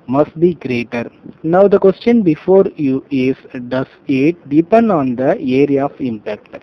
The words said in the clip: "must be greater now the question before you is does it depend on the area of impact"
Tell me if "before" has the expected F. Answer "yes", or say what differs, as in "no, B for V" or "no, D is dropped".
yes